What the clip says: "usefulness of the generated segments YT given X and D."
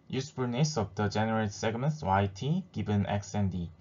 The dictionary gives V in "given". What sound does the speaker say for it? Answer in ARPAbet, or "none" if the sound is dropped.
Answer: B